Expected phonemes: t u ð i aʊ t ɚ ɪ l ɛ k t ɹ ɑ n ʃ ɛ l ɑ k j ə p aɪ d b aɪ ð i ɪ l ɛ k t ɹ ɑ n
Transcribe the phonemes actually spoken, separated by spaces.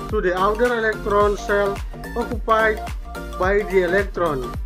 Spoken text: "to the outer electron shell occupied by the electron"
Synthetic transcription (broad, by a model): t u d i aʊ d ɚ ɪ l ɛ k t ɹ ɑ n s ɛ l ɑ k j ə p aɪ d b aɪ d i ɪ l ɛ k t ɹ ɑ n